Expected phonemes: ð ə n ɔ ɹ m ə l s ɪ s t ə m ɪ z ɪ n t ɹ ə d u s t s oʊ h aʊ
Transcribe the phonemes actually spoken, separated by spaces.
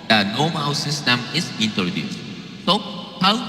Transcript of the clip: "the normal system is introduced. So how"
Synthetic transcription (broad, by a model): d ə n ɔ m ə w s ɪ s t ə m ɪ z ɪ n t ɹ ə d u s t s oʊ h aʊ